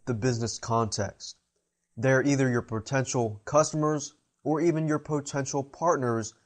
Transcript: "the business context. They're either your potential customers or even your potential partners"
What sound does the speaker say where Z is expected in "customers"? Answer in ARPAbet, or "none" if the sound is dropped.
Z